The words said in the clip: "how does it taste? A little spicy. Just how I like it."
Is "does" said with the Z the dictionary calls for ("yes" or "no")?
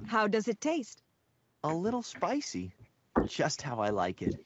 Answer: yes